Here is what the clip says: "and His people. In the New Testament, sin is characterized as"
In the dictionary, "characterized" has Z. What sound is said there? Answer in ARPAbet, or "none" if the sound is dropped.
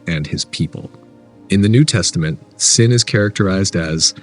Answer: Z